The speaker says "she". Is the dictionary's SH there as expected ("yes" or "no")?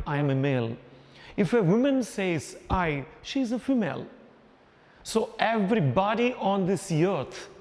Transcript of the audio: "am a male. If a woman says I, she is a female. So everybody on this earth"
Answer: yes